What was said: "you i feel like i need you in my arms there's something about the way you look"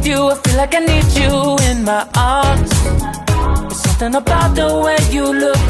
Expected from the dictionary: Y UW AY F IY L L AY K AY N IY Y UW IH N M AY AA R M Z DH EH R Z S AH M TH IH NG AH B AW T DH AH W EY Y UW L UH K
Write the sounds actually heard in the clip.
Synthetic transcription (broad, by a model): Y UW AY F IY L L AY K AY N IY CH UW IH N M AY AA R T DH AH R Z S AH M TH IH NG AH B AW T DH AH W EY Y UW L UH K